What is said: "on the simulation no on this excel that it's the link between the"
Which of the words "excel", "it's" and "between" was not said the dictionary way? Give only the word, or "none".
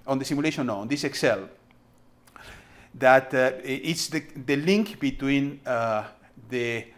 none